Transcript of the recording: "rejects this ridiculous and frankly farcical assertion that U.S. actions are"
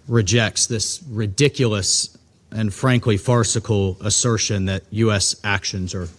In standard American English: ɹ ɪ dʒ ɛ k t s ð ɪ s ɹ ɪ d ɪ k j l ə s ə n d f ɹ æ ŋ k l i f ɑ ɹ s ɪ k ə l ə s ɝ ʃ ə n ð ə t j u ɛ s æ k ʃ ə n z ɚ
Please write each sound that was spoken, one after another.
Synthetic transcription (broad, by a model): ɹ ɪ dʒ ɛ k t s ð ɪ s ɹ ɪ d ɪ k j l ə s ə n f ɹ æ ŋ k l i f ɑ ɹ s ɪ k l ə s ɝ ʃ ə n ð ə t j u ɛ s æ k ʃ ə n z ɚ